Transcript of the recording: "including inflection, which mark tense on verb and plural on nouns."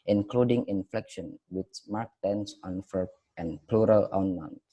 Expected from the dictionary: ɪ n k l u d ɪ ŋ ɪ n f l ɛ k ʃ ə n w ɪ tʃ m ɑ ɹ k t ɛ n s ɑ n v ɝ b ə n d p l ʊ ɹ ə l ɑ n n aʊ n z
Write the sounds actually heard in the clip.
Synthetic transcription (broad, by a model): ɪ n k l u d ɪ ŋ ɪ n f l ɛ k ʃ ə n w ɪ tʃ m ɑ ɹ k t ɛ n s ɑ n f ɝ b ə n p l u ɹ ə l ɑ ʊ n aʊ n